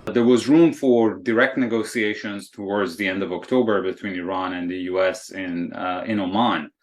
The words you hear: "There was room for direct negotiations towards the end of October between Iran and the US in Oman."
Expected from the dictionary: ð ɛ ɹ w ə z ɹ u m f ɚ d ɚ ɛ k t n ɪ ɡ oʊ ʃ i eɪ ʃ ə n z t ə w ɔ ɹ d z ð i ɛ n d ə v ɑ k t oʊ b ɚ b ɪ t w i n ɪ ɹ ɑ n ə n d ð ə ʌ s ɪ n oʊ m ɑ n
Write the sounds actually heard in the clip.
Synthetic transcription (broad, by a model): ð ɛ ɹ w ə z ɹ u m f ɚ d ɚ ɛ k t n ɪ ɡ oʊ s i eɪ ʃ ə n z t ə w ɔ ɹ d z ð i ɛ n d ə v ɑ k t oʊ b ɚ b ɪ t w i n ɪ ɹ ɑ n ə n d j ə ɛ s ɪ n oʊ m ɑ n